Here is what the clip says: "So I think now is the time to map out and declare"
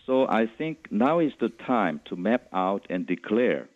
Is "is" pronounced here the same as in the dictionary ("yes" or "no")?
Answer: no